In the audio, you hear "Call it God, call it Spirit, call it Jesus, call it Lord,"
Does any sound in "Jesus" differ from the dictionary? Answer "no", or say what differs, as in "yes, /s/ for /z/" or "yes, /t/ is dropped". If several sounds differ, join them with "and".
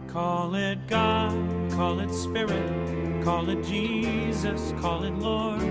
no